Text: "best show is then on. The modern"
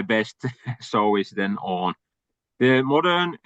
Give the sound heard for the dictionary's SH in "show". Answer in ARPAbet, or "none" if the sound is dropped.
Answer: S